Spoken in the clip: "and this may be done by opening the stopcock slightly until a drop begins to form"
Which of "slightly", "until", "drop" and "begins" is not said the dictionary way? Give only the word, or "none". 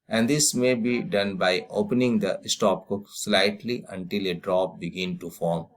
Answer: begins